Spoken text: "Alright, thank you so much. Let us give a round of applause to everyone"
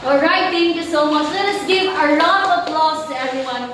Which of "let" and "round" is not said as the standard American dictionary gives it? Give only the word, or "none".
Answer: round